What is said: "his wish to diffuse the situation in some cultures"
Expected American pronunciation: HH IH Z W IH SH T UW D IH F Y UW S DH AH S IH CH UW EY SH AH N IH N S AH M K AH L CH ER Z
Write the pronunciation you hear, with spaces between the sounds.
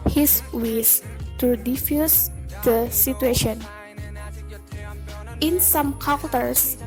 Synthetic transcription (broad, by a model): HH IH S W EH S T UW D IH F Y UW S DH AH S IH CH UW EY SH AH N IH N S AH M K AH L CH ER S